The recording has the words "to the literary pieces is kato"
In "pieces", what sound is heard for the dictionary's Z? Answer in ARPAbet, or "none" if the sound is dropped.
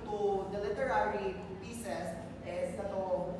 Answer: S